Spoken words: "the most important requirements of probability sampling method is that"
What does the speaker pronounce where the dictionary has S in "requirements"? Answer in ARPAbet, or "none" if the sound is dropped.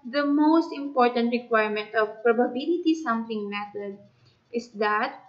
none